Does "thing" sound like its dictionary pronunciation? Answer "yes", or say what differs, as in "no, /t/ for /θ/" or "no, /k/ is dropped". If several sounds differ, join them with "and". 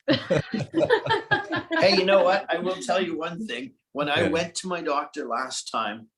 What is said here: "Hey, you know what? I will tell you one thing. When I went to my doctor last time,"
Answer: yes